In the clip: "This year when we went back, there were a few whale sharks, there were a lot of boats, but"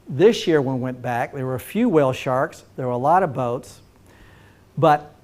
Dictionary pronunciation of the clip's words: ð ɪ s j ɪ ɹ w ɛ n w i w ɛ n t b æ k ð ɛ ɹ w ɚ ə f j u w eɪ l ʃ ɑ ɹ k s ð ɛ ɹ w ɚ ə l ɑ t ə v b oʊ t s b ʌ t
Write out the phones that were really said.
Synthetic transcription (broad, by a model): ð ɪ s j ɪ ɹ w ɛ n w w ɛ n b æ k ð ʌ ɹ w ɚ ə f j u w eɪ l ʃ ɑ ɹ k s ð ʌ ɹ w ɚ ə l ɑ t ə v b oʊ t s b ʌ t